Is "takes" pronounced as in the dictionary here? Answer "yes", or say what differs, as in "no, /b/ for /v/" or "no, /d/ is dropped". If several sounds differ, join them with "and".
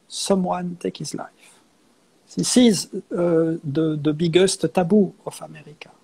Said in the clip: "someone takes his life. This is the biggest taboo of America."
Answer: no, /s/ is dropped